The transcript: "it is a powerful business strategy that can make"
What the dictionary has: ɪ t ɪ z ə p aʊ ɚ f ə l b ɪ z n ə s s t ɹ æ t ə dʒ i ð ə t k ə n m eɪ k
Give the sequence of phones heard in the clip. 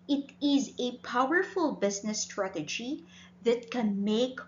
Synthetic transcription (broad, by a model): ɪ t ɪ z ə p aʊ ɚ f ə l b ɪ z n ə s s t ɹ æ t ə dʒ i ð ə t k ə n m eɪ k